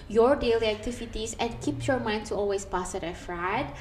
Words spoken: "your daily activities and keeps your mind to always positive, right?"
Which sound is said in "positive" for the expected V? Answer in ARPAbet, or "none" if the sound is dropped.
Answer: F